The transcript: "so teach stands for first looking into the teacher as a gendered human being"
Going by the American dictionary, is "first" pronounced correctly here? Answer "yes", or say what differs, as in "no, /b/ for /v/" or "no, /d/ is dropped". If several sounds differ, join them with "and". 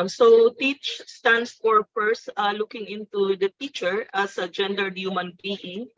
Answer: no, /p/ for /f/